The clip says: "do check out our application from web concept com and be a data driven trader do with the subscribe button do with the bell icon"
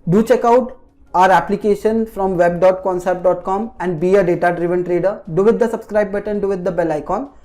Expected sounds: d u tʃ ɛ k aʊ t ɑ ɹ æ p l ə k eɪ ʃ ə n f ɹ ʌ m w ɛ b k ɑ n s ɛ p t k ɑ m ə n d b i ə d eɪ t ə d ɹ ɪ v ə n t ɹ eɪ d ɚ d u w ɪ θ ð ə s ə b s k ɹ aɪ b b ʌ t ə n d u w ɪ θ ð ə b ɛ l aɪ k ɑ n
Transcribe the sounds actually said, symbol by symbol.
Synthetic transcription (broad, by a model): d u tʃ ɛ k aʊ t ɑ ɹ æ p l ə k eɪ ʃ ə n f ɹ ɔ m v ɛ b k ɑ n s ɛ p t k ɑ m ə n d b i ə d eɪ t ə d ɹ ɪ v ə n t ɹ eɪ d ɚ d u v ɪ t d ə s ə b s k ɹ aɪ b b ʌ t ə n d u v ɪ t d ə b ɛ l aɪ k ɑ n